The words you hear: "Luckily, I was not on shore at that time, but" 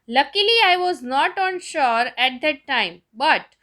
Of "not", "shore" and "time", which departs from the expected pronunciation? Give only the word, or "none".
none